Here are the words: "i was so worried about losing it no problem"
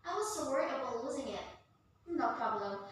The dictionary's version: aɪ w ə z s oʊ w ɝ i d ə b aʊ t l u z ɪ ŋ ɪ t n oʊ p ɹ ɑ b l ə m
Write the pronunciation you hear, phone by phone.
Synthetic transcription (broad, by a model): aɪ w ə z s oʊ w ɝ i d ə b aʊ l u z ɪ ŋ ɪ t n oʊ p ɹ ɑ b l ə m